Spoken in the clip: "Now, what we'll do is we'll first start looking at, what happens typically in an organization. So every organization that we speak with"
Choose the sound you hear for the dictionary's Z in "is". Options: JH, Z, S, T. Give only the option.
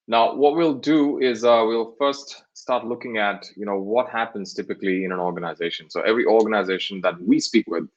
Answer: Z